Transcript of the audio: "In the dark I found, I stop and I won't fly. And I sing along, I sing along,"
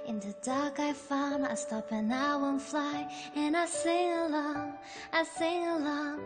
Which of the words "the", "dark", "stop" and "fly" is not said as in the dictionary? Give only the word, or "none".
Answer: none